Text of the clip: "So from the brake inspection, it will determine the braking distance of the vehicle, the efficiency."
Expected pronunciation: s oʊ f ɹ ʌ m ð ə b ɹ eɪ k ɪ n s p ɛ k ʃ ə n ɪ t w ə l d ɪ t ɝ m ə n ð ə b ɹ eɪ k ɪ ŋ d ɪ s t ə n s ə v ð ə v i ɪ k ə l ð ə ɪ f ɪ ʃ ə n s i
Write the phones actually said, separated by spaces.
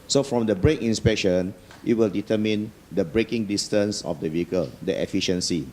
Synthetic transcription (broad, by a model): s oʊ f ɹ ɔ m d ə b ɹ eɪ k ɪ n s p ɛ k ʃ ə n ɪ t w ə l d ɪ t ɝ m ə n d ə b ɹ eɪ k ɪ ŋ d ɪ s t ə n s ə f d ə v i ɪ k ə l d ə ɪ f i ʃ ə n s i